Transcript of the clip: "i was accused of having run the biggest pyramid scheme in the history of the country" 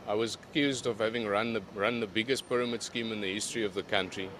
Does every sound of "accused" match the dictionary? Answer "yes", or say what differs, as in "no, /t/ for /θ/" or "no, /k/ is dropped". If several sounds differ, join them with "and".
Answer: yes